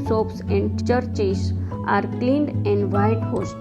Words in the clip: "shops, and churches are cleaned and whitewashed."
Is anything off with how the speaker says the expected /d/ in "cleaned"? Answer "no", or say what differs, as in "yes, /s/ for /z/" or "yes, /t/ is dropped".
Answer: no